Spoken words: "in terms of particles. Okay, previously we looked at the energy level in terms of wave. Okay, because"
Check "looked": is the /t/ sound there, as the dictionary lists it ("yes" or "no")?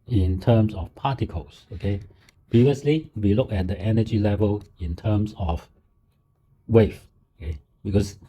no